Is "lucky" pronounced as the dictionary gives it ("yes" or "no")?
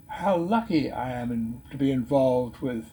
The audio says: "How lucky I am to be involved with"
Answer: yes